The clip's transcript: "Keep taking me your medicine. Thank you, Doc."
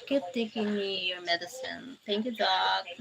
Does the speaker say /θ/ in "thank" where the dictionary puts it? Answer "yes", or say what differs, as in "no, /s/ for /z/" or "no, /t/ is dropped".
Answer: no, /t/ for /θ/